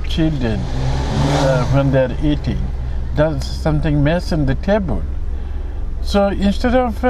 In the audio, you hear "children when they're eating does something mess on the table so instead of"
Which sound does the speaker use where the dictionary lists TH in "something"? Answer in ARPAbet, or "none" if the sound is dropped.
T